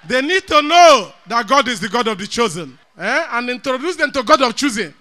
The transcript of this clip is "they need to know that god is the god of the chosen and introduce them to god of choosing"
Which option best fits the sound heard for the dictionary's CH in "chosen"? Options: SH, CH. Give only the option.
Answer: CH